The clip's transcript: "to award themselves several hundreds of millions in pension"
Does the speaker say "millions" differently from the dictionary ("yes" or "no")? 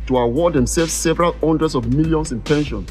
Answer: yes